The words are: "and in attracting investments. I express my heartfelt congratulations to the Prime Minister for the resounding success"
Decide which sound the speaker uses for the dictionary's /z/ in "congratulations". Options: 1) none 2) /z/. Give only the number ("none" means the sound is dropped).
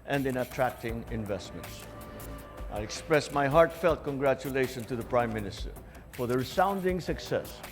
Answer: 1